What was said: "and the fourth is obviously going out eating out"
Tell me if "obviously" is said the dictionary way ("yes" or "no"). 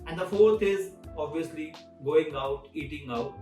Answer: yes